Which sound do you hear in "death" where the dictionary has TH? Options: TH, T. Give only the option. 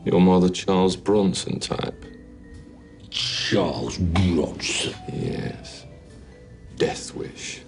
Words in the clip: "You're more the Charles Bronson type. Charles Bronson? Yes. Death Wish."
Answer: TH